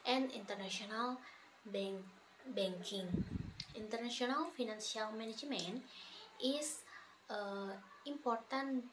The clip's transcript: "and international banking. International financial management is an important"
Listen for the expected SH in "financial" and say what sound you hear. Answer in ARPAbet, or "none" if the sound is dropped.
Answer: S